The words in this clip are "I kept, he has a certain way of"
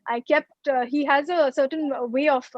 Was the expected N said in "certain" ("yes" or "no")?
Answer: yes